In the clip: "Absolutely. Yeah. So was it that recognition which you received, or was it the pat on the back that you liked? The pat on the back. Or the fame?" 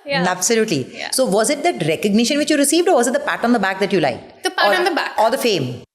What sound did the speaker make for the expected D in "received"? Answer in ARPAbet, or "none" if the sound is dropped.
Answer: D